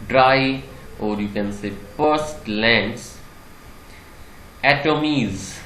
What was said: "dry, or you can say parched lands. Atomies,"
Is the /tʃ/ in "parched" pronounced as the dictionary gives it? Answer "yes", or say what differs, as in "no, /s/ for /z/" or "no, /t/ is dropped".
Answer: no, /s/ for /tʃ/